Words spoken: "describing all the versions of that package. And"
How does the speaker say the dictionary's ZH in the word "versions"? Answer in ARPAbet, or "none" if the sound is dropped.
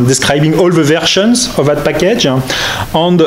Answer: SH